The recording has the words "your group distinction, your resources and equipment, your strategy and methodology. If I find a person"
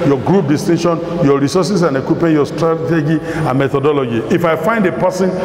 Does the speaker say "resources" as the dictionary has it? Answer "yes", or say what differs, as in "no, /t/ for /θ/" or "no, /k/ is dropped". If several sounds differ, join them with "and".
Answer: no, /s/ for /z/